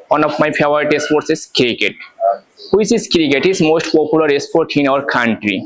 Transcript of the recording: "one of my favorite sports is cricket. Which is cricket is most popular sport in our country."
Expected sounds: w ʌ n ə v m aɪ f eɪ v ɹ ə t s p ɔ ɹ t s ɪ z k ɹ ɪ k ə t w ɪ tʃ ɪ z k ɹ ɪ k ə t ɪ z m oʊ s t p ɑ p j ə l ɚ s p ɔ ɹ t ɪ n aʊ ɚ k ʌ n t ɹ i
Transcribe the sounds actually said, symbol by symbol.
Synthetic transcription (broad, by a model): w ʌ n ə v m aɪ p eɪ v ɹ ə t s p ɔ ɹ t s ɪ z k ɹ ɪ k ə t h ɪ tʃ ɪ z k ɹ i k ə t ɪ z m oʊ s t p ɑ p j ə l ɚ s p ɔ ɹ t ɪ n aʊ ɚ k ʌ n t ɹ i